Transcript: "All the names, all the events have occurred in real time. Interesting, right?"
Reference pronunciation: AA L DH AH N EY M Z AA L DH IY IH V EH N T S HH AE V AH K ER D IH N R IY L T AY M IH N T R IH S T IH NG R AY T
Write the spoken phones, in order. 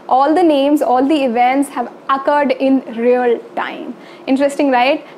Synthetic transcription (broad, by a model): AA L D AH N EY M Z AA L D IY IH V EH N T S HH AE V AH K ER D IH N R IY L T AY M IH N T R IH S T IH NG R AY T